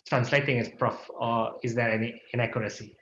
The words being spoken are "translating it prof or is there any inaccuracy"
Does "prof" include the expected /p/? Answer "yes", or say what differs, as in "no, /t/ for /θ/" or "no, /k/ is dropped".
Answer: yes